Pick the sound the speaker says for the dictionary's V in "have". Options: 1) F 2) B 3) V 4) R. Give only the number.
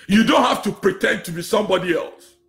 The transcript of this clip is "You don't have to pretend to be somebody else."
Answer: 1